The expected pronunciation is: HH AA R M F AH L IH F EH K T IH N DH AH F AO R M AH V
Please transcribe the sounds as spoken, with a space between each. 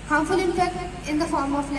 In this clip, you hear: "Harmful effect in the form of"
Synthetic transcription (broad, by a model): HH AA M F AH L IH P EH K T IH N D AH F AO R M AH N